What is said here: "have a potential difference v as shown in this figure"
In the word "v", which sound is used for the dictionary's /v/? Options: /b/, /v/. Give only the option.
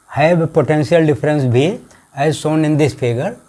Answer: /b/